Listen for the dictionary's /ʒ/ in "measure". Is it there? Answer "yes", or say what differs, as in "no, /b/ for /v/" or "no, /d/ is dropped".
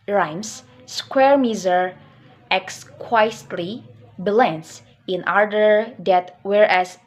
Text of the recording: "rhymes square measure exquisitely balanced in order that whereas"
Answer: no, /z/ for /ʒ/